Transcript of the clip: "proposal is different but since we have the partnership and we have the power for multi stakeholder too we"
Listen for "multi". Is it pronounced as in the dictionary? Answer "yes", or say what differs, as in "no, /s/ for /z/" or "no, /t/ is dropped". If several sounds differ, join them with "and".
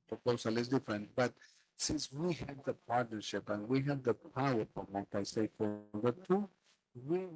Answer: no, /l/ is dropped